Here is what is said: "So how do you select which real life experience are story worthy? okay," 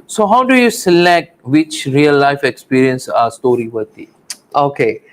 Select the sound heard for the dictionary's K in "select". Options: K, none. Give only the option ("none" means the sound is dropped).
K